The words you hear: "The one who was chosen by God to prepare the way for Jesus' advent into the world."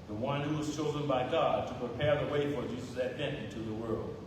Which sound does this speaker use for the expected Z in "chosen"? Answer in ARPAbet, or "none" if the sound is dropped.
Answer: Z